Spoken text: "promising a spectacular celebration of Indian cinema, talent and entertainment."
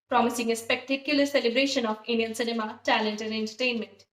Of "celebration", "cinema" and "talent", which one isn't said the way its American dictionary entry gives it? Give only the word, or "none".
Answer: none